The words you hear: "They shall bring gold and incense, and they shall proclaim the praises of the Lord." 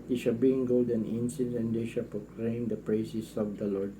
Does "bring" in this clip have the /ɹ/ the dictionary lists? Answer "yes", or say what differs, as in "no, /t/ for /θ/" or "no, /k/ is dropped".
no, /ɹ/ is dropped